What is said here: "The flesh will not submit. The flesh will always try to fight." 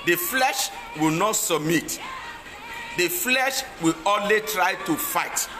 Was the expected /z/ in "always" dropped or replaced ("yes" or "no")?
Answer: yes